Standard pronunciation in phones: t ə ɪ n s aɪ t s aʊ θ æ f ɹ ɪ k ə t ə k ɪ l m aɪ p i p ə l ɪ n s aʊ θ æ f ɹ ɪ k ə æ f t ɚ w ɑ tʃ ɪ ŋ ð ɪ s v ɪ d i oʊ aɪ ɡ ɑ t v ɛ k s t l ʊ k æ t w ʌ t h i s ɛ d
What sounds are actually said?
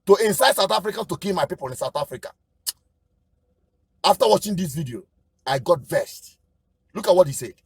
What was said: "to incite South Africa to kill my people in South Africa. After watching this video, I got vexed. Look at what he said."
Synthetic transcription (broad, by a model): t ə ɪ n s aɪ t s aʊ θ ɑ f ɹ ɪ k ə t ə k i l m aɪ p i p ə l ɪ n s aʊ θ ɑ f ɹ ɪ k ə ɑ f t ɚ w ɑ tʃ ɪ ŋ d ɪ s v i d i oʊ aɪ ɡ ɑ t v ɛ s t l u k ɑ t w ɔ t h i s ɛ